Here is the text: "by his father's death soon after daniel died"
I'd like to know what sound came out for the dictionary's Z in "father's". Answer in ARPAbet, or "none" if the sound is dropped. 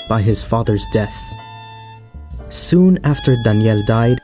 Z